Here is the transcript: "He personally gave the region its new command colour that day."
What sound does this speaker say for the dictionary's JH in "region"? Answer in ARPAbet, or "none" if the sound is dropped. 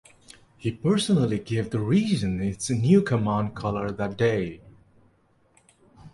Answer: Z